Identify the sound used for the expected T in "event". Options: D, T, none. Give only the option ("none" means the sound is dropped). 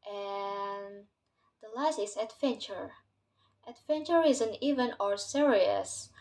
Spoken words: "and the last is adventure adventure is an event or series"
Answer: none